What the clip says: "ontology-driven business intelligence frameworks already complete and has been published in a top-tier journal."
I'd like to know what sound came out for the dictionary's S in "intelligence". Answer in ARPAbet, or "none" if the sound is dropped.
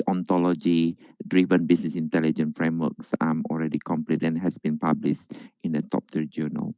none